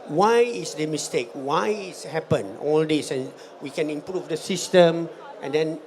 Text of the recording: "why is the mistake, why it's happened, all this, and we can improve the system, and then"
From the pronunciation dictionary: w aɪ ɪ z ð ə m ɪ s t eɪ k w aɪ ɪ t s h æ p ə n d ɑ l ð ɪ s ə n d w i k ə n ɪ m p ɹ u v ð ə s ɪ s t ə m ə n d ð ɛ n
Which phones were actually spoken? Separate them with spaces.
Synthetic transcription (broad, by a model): w aɪ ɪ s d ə m ɪ s t eɪ k w aɪ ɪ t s h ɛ p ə n ɑ l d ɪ s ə n w i k ə n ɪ m p ɹ u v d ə s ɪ s t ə m ə n d ɛ n